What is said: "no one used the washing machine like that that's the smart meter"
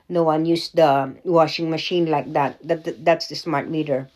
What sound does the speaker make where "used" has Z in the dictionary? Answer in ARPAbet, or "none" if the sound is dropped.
S